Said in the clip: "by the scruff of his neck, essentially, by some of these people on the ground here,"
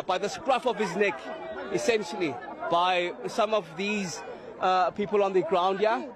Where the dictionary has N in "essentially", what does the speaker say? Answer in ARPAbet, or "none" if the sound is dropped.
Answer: N